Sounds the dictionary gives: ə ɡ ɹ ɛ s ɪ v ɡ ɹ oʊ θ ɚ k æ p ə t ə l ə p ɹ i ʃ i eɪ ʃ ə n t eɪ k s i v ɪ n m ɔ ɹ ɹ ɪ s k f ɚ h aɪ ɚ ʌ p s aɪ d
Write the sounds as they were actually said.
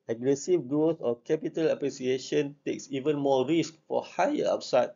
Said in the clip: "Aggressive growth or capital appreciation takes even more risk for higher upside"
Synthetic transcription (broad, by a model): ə ɡ ɹ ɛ s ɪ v ɡ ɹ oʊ s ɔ k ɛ p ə t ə l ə p ɹ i s i eɪ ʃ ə n t eɪ k s i v ɪ n m ɔ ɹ ɹ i s k f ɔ h aɪ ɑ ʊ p s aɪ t